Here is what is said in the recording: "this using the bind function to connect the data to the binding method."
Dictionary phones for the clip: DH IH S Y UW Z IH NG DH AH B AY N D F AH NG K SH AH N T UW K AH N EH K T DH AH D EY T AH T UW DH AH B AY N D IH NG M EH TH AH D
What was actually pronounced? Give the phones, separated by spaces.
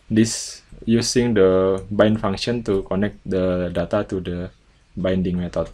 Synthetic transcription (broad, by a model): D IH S Y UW S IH NG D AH B AY N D F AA NG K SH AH N T UW K AH N EH K T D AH D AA T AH T UW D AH B AY N D IH NG M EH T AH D